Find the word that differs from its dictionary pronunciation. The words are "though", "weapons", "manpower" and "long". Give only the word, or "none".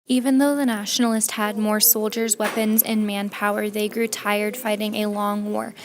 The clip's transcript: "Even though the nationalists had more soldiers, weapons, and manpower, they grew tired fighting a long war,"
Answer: none